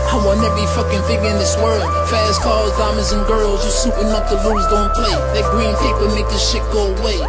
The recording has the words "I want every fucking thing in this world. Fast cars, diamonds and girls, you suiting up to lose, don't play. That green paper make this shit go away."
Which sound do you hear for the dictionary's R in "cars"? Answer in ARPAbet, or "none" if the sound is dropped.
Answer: L